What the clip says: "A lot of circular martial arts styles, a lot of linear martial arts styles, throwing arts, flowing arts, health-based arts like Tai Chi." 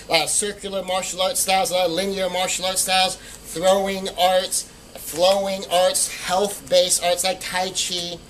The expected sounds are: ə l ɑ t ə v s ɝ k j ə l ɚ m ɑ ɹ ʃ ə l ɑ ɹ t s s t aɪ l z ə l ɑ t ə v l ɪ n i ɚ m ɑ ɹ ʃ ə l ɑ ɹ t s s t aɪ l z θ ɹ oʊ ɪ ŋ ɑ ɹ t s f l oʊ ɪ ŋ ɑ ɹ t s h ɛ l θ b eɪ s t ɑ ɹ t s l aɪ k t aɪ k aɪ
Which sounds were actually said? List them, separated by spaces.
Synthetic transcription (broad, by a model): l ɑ s ɝ k j l ɚ m ɑ ɹ ʃ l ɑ ɹ t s s t aɪ l z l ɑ ə l ɪ n i ɚ m ɑ ɹ ʃ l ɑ ɹ t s s t aɪ l z θ ɹ oʊ ɪ ŋ ɑ ɹ t s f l oʊ ɪ ŋ ɑ ɹ t s h ɛ l θ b eɪ s ɑ ɹ t s l aɪ k t aɪ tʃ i